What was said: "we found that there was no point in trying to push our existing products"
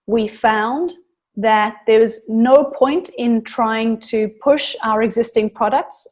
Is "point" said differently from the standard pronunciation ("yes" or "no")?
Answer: no